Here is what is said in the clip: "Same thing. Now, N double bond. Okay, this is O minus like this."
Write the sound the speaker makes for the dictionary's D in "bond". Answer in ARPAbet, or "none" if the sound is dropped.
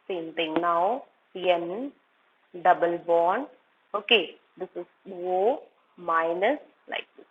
none